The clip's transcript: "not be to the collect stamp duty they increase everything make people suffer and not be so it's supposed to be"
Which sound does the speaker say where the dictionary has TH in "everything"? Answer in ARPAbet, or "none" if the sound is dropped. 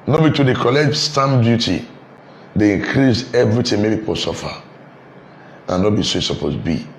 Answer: T